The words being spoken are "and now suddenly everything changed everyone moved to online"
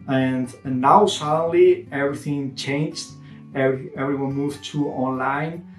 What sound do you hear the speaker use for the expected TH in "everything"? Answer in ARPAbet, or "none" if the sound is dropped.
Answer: TH